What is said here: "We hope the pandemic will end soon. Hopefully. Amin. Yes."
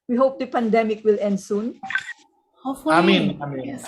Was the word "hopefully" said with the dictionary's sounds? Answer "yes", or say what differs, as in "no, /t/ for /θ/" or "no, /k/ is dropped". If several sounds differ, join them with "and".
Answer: no, /p/ is dropped